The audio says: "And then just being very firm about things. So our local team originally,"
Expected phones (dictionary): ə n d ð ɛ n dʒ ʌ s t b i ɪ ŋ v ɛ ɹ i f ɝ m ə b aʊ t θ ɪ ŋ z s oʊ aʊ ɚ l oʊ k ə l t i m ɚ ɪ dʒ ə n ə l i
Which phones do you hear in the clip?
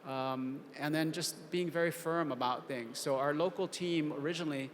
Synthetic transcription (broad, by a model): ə n ð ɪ n dʒ ʌ s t b i ɪ ŋ v ɛ ɹ i f ɝ m ə b aʊ t θ ɪ ŋ z s oʊ aʊ ɚ l oʊ k l t i m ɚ ɪ dʒ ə n l i